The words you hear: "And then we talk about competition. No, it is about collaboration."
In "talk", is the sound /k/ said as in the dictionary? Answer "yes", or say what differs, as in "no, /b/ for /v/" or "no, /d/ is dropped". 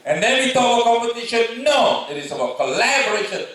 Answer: no, /k/ is dropped